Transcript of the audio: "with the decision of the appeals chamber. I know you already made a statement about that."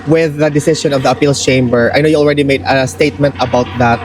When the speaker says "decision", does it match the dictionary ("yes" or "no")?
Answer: no